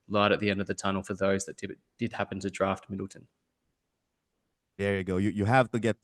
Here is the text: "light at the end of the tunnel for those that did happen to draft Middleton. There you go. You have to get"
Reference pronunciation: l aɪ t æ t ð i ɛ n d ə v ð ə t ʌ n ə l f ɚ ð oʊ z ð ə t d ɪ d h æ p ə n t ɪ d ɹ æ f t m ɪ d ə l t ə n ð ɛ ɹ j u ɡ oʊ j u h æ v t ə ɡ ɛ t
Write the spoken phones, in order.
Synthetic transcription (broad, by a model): l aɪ t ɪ t ð i ɛ n d ə v ð ə t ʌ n l f ɚ ð oʊ z ð ə t d ɪ d h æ p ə n t ɪ d ɹ æ f t m ɪ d l t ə n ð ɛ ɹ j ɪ ɡ oʊ j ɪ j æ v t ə ɡ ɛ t